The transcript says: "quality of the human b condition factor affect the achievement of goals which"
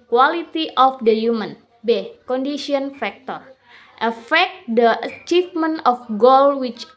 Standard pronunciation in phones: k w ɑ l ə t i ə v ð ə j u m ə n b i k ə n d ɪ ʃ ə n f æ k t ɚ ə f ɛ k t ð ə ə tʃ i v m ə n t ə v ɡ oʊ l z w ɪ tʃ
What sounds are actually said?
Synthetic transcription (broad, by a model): k w ɑ l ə t i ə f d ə j u m ə n b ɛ k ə n d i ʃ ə n f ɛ k t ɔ ə f ɛ k t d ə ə tʃ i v m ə n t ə f ɡ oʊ l w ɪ tʃ